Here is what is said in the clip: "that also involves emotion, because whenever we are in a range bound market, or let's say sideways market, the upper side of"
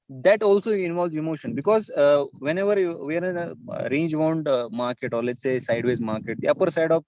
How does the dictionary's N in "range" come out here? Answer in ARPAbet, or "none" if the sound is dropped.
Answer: N